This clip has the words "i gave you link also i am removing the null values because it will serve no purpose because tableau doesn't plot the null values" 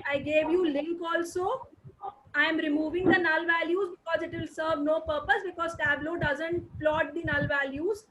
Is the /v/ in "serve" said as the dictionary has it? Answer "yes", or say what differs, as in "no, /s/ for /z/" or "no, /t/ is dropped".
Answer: yes